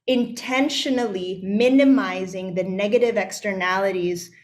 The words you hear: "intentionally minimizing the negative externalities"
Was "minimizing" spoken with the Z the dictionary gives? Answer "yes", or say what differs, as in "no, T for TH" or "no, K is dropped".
yes